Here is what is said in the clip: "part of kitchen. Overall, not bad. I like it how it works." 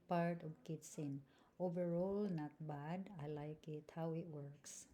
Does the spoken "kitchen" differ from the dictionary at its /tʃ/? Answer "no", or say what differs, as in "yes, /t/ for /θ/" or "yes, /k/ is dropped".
yes, /s/ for /tʃ/